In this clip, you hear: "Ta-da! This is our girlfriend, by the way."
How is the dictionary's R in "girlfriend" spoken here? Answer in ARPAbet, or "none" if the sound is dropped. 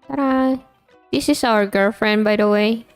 R